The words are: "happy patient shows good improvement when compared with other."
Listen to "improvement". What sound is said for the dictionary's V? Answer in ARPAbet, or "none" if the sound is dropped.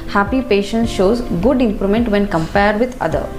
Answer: none